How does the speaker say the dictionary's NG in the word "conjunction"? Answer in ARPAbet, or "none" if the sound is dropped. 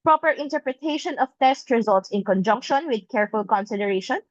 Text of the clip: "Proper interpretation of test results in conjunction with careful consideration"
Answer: NG